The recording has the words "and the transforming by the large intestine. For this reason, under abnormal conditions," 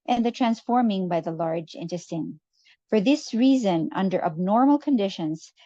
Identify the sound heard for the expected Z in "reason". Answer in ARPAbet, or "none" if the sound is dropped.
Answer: Z